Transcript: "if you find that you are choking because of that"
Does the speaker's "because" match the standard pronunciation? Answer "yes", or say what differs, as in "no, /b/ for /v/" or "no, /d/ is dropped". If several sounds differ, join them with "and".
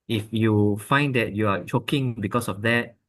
no, /s/ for /z/